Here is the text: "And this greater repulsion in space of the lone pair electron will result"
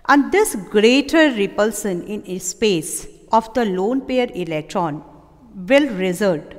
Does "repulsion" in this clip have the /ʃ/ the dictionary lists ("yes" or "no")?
no